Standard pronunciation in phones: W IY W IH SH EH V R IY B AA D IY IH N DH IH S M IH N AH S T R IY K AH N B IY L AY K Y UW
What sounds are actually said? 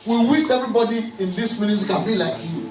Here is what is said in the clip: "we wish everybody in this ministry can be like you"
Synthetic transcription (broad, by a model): W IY W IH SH EH V R IY B AA D IY IH N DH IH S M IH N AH T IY K AH N B IY L AY K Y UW